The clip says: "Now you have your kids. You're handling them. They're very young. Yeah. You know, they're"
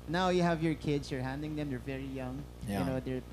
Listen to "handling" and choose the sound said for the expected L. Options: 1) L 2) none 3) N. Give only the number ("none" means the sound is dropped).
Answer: 2